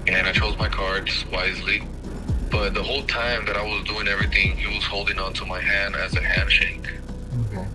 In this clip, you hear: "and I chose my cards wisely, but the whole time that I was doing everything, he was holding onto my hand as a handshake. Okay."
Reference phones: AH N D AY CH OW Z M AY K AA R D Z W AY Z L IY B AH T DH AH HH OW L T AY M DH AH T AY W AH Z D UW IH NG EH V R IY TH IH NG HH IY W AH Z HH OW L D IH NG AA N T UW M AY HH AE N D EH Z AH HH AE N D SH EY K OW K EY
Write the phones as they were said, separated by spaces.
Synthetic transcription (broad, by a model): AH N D AY CH OW Z M AY K AA R D Z W AY Z L IY B AH T DH AH HH OW L T AY M DH AH T AY W AH Z D UW IH NG EH V R IY TH IH NG HH IY W AH Z HH OW L D IH NG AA N T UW M AY HH AE N D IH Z AH HH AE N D SH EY IH K